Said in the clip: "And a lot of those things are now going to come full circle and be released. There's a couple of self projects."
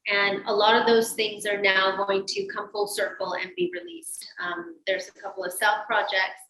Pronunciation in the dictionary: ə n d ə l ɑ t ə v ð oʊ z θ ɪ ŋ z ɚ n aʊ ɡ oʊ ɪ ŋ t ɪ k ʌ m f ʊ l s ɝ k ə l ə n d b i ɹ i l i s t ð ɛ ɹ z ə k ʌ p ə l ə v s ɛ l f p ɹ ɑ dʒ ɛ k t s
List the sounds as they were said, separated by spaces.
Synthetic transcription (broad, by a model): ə n ə l ɑ t ə v ð oʊ z θ ɪ ŋ z ɚ n aʊ ɡ oʊ ɪ ŋ t ɪ k ʌ m f ʊ l s ɝ k l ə n b i ɹ i l i s t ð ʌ ɹ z ə k ʌ p l ə v s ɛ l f p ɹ ɑ dʒ ɛ k t s